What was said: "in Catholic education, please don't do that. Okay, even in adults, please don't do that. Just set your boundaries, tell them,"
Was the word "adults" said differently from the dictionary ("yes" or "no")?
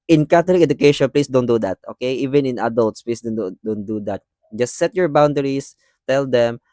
no